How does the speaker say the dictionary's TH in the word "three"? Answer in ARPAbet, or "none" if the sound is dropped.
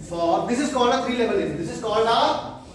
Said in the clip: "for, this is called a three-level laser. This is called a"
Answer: F